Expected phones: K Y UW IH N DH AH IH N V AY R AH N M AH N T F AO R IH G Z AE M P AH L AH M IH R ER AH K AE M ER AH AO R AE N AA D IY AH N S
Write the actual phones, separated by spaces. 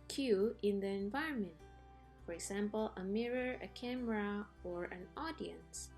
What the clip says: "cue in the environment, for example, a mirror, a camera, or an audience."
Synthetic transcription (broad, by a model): K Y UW IH N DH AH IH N V AY R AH N M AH N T F AO R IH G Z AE M P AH L AH M IH R ER AH K AE M ER AH AO R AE N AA D IY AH N S